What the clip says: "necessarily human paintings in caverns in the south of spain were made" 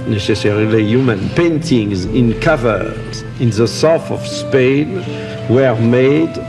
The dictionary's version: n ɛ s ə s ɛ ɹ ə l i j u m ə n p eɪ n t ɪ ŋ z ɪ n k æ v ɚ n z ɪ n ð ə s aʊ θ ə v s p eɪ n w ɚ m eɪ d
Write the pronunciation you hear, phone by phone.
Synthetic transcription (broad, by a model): n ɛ s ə s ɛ ɹ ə l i j u m ə n p eɪ n t ɪ ŋ z ɪ n k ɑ v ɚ z ɪ n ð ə s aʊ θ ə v s p eɪ n w ɚ m eɪ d